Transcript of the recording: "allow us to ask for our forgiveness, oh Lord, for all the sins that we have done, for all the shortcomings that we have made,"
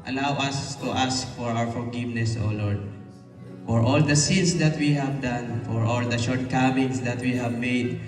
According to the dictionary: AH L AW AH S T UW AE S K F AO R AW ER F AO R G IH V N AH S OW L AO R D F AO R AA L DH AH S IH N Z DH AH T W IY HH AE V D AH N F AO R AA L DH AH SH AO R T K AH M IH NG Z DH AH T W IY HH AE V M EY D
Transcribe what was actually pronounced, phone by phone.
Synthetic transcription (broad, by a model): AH L AW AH S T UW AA S K F AO R AW ER F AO R G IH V N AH S OW L AO R D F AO R AA L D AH S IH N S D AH T W IY HH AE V D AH N F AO R AA L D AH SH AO R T K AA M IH NG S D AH T W IY HH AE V M EY D